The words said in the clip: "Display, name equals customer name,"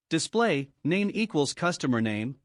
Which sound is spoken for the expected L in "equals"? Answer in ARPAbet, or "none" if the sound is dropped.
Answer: L